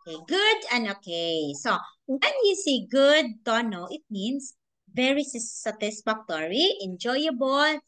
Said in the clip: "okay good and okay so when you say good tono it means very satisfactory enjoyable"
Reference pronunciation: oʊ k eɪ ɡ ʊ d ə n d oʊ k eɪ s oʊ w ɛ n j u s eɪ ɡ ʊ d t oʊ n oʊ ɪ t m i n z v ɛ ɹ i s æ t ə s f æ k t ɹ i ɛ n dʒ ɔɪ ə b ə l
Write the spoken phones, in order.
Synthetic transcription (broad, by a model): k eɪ ɡ ʊ d ə n d oʊ k eɪ s oʊ w ɛ n j u s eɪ ɡ ʊ d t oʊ n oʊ ɪ t m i n s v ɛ ɹ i s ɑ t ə s f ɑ k t ɹ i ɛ n dʒ ɔɪ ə b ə l